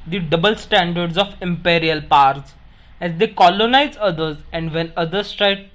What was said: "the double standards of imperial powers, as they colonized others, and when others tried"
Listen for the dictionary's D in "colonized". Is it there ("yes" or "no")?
no